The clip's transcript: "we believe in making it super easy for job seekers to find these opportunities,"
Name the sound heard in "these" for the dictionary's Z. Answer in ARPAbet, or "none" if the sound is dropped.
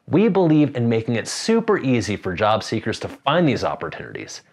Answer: Z